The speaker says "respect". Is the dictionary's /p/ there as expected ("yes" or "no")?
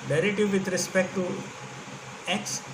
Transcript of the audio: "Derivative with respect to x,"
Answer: yes